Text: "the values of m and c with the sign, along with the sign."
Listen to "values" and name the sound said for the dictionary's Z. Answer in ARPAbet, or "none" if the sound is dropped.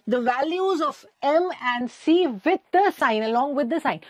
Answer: Z